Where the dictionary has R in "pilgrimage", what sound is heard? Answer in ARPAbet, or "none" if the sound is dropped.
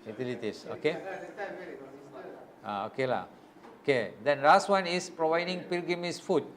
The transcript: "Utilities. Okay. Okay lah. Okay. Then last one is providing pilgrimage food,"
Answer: none